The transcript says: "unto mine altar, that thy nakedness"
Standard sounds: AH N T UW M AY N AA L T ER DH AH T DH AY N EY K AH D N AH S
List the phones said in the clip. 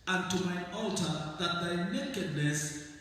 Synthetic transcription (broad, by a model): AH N T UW M AY AA L T ER DH AH T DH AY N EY K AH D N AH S